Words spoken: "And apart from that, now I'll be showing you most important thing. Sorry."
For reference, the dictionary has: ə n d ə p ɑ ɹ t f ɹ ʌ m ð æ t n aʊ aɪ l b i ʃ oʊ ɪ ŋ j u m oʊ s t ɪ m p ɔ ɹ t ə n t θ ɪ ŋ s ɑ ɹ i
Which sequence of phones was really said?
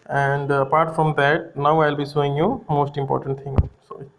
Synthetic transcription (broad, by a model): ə n d ə p ɑ ɹ t f ɹ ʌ m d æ t n aʊ aɪ l b i s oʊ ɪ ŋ j u m oʊ s t ɪ m p ɔ ɹ t ə n t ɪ ŋ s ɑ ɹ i